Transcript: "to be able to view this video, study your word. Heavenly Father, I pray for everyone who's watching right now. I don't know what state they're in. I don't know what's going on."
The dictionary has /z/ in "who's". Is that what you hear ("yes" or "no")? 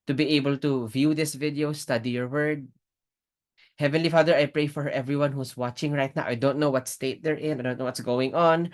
no